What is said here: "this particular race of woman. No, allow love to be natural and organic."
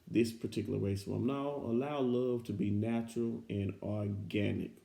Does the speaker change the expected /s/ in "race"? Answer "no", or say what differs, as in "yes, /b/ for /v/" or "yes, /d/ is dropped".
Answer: yes, /s/ is dropped